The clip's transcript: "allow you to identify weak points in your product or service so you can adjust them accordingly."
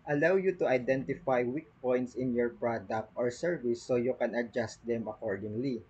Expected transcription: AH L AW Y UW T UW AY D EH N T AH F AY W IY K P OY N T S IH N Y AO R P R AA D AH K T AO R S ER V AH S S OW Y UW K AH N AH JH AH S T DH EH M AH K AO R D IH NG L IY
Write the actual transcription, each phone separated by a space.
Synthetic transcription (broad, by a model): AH L AW Y UW T UW AY D EH N T AH F AY W IY K P OY N T S IH N Y AO R P R AA D AH K T AO R S ER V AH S S OW Y UW K AH N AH JH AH S T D EH M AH K AO R D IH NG L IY